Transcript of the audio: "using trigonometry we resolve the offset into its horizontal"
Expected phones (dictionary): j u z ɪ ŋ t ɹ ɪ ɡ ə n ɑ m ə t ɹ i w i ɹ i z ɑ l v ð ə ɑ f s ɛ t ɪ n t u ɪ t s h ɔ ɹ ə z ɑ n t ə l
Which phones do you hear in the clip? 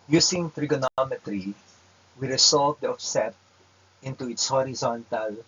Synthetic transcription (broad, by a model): j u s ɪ ŋ t ɹ ɪ ɡ ə n ɑ m ə t ɹ i w i ɹ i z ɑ l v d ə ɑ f s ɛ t ɪ n t u ɪ t s h ɔ ɹ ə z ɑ n t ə l